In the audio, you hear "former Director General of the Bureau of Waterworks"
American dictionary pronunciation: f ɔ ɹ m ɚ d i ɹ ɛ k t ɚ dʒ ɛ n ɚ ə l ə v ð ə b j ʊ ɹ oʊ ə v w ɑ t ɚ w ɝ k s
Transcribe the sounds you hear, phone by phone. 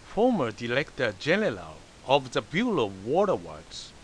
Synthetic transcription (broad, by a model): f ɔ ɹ m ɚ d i l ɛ k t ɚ dʒ ɛ n ɚ ə l ə v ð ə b j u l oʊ ə v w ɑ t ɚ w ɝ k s